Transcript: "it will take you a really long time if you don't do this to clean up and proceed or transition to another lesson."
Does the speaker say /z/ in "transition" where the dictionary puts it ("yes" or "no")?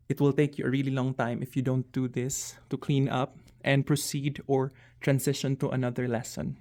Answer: no